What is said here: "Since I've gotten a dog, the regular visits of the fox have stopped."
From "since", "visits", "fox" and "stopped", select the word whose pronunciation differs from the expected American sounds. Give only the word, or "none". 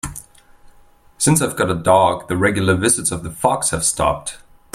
none